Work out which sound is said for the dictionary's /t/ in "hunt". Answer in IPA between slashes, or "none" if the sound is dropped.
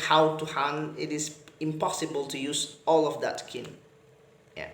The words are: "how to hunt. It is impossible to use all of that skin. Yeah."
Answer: none